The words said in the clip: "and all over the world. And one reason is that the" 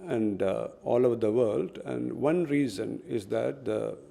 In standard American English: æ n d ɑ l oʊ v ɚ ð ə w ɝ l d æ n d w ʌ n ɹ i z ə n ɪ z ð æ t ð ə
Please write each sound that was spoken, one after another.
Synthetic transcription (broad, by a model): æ n d ɑ l oʊ v ɚ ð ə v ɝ l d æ n d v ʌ n ɹ i z ə n ɪ z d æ t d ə